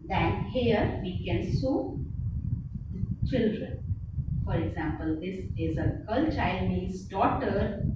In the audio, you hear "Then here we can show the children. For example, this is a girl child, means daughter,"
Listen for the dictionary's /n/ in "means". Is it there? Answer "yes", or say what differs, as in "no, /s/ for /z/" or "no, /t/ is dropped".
no, /n/ is dropped